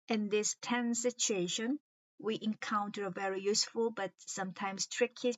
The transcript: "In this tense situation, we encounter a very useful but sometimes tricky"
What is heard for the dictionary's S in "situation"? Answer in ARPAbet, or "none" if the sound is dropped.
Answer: S